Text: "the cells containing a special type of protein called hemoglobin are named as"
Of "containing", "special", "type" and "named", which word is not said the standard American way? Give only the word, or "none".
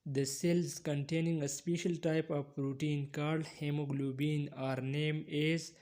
named